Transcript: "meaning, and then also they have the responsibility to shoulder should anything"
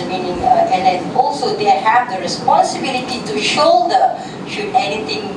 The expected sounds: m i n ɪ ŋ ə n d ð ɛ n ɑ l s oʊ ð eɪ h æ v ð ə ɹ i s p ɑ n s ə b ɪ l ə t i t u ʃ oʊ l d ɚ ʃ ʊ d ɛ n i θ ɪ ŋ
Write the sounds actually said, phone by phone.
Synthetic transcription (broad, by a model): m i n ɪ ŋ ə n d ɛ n ɑ l s oʊ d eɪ h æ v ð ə ɹ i s p ɑ n s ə b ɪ l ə t i t u ʃ oʊ d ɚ ʃ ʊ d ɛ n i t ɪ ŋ